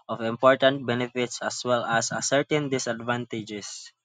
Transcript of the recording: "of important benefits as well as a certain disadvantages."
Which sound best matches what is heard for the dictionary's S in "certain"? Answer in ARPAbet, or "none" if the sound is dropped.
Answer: S